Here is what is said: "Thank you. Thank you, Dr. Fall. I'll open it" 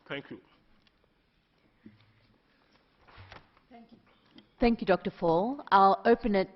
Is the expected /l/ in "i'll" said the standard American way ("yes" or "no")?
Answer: yes